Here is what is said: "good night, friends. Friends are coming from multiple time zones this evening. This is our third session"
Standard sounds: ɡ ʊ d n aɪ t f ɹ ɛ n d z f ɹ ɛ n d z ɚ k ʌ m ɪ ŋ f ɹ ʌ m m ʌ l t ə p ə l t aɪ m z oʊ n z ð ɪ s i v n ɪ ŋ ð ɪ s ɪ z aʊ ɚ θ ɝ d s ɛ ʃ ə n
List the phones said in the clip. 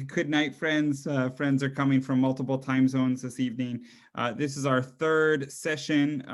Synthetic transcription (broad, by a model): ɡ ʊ d n aɪ t f ɹ ɛ n d z f ɹ ɛ n d z ɚ k ʌ m ɪ ŋ f ɹ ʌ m m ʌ l t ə p l t aɪ m z oʊ n z ð ɪ s i v n ɪ ŋ ð ɪ s ɪ z aʊ ɚ θ ɝ d s ɛ ʃ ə n